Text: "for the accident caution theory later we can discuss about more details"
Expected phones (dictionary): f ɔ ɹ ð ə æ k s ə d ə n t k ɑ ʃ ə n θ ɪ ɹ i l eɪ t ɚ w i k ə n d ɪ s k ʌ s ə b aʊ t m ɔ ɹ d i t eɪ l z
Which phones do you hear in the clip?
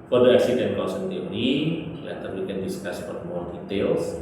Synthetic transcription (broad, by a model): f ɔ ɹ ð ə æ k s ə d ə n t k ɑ s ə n t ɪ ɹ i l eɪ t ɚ w i k ə n d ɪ s k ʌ s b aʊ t m ɔ ɹ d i t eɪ l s